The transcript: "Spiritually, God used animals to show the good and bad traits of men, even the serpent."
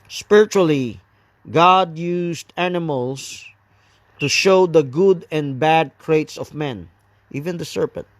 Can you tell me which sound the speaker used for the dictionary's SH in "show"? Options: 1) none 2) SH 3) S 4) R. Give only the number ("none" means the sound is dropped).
2